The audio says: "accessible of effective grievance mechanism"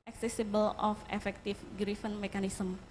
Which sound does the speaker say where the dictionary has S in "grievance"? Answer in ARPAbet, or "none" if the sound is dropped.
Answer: none